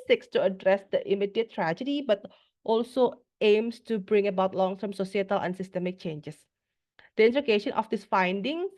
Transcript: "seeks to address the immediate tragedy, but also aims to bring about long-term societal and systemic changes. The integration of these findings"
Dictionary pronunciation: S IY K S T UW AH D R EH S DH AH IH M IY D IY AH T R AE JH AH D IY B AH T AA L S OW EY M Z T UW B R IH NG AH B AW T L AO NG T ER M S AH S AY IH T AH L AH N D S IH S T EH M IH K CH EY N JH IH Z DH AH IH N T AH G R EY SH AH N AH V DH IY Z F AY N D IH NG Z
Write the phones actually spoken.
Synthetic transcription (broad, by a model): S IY K S T UW AH D R EH S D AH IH M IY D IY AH T R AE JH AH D IY B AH T AA L S OW EY M S T UW B R IH NG AH B AW T L AO NG T ER M S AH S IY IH T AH L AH N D S IH S T EH M IH K CH EY N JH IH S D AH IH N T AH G EY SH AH N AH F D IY S F AY N D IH NG